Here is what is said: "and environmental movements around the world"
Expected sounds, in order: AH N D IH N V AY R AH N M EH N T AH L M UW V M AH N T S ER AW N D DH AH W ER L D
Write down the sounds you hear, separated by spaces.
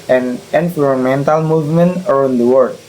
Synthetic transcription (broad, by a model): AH N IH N P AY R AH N M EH N T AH L M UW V M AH N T ER AW N D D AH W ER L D